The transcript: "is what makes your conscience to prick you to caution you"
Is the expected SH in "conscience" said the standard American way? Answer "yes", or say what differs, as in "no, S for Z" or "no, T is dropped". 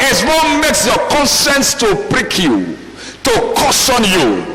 no, S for SH